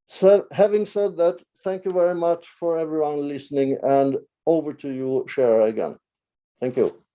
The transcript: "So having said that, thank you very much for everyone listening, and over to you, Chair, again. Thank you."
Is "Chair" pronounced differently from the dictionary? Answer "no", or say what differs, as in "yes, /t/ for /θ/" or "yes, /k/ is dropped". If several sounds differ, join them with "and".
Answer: yes, /ʃ/ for /tʃ/